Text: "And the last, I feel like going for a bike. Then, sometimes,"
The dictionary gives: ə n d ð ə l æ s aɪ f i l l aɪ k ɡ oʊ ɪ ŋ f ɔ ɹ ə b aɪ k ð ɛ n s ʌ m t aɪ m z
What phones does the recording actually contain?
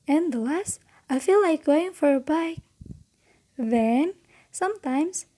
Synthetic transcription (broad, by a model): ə n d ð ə l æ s aɪ f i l l aɪ k ɡ oʊ ɪ ŋ f ɔ ɹ ə b aɪ k ð ɛ n s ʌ m t aɪ m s